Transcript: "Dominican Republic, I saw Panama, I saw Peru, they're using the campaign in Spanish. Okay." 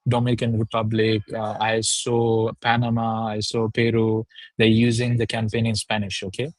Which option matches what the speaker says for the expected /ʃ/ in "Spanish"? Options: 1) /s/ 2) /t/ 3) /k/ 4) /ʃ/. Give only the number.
4